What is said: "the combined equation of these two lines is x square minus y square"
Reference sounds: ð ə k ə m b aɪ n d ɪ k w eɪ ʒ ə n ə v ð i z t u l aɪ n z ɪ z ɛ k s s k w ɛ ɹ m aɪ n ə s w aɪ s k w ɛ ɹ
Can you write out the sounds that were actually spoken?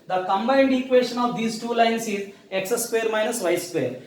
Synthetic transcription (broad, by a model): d ə k ə m b aɪ n d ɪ k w eɪ ʃ ə n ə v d i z t u l aɪ n s ɪ z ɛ k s s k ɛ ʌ ɹ m aɪ n ə s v aɪ s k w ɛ ɹ